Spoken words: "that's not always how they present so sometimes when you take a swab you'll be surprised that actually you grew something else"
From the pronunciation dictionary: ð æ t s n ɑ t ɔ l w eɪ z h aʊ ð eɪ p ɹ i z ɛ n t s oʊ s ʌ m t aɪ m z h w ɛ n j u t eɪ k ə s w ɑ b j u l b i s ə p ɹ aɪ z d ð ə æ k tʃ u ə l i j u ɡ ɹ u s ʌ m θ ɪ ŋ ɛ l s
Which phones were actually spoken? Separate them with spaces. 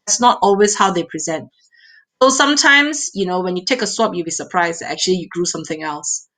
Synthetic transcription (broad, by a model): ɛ t s n ɑ t ɔ l w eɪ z h aʊ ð eɪ p ɹ i z ɛ n t s oʊ s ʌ m t aɪ m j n w ɛ n j u t eɪ k ə s w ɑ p j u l b i s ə p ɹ aɪ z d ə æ k tʃ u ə l i j u ɡ ɹ u s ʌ m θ ɪ ŋ ɛ l s